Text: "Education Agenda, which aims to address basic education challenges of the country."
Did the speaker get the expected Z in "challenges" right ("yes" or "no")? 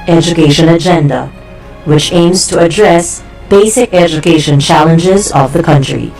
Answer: yes